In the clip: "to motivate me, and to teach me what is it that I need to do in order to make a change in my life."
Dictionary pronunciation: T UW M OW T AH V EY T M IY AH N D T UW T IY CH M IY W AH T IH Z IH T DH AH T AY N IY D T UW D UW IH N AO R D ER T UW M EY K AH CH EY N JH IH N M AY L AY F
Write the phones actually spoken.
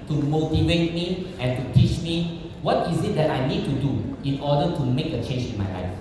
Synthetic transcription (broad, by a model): T UW M OW T AH V EY T M IY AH N T UW T IY CH M IY W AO T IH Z IH T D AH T AY N IY D T UW D UW IH N AO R D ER T UW M EY K AH CH EY N JH IH N M AY L AY F